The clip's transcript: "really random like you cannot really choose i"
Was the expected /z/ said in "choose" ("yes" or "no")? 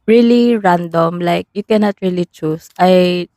no